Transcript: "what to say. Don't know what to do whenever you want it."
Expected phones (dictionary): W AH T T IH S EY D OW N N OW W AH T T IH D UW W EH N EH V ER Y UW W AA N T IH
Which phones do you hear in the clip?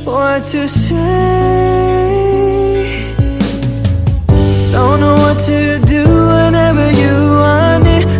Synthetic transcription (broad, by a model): W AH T T IH S EY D OW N N OW W AH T T IH D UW W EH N EH V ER Y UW W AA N IH